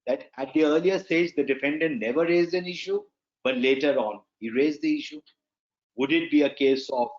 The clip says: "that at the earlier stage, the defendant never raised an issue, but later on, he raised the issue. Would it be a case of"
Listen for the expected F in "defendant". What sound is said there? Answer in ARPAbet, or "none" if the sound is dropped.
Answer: F